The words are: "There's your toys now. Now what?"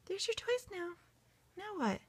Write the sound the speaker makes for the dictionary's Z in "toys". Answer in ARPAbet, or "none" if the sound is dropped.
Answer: S